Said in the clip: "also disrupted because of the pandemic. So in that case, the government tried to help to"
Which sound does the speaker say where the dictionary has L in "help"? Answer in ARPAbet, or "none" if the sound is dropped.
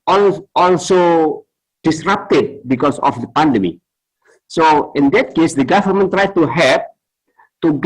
none